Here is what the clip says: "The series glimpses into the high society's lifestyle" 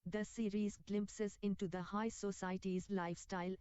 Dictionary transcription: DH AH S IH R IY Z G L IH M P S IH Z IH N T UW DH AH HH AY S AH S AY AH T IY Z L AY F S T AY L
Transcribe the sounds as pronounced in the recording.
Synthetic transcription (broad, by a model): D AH S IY R IY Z G L IH M P S IH Z IH N T UW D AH HH AY S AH S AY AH T IY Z L AY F S T AY L